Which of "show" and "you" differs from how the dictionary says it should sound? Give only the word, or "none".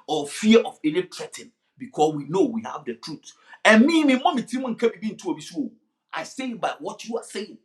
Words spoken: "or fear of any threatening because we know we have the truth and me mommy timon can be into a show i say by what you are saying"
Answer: show